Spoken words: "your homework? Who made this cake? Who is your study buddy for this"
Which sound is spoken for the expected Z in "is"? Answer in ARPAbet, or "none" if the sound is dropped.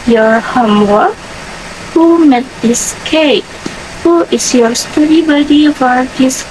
S